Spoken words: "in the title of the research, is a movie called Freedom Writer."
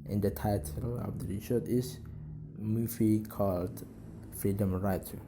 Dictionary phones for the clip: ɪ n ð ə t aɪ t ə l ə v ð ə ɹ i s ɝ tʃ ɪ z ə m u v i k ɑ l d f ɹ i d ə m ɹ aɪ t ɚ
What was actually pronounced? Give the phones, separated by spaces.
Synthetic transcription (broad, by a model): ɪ n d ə t aɪ t ə l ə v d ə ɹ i ʃ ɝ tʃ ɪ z m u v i k ɑ l d f ɹ i d ə m ɹ aɪ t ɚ